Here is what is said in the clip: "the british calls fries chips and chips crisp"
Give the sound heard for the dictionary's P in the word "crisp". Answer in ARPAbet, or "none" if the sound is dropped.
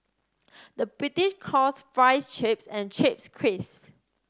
none